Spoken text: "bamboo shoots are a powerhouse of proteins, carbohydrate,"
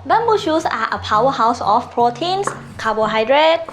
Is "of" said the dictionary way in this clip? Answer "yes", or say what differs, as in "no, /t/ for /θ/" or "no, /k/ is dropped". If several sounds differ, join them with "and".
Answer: no, /f/ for /v/